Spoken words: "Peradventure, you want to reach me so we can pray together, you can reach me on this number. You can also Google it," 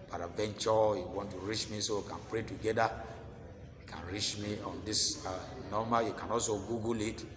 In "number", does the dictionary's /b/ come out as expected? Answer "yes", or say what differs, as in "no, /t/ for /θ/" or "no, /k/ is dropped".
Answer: no, /b/ is dropped